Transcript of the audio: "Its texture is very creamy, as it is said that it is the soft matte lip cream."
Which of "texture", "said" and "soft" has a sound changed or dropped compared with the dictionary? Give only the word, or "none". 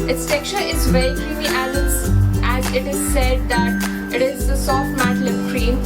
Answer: texture